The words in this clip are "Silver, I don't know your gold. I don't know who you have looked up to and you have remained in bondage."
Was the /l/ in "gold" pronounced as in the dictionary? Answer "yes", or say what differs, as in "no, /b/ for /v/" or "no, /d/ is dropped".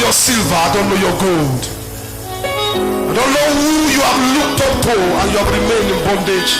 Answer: yes